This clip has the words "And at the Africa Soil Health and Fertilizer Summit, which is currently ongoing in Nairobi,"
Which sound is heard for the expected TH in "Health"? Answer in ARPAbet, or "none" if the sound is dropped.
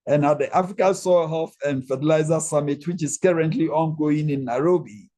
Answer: F